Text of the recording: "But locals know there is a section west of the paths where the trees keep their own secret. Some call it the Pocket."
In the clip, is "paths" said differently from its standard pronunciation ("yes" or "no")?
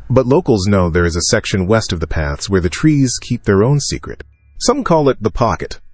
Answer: no